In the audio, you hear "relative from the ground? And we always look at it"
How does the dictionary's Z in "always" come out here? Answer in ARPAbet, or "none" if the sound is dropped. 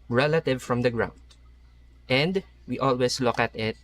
S